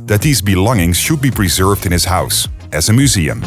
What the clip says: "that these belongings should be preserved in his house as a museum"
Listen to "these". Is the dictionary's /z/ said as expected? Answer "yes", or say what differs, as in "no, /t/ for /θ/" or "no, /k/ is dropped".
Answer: yes